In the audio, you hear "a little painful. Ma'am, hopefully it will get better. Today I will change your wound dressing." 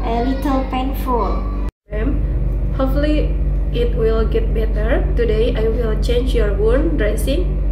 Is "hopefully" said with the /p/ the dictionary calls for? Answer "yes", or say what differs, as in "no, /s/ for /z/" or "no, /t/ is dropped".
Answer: no, /p/ is dropped